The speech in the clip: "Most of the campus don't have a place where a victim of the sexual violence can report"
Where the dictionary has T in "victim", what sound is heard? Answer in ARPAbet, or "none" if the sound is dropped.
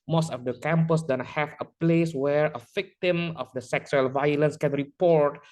T